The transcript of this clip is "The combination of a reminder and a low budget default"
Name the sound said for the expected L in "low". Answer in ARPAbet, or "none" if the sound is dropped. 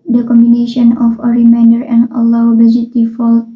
W